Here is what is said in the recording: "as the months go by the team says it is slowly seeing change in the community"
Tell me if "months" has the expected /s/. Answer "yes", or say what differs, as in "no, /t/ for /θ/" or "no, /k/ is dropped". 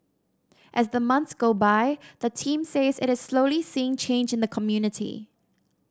yes